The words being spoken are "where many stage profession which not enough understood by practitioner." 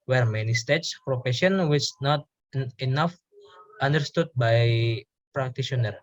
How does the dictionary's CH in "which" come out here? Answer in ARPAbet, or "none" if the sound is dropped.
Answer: S